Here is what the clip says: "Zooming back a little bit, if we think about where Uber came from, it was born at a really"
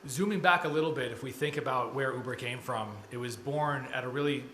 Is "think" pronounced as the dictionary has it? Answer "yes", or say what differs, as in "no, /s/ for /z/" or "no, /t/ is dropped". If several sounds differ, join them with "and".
yes